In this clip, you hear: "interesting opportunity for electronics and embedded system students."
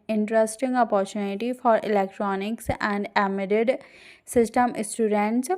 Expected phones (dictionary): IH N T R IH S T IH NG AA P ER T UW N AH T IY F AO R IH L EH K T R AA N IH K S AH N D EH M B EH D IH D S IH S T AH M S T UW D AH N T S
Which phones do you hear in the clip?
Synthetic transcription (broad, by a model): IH N T R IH S T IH NG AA P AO T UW N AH T IY F AO R IH L EH K T R AA N IH K S AH N D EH M EH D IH D S IH S T AH M S T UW D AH N T S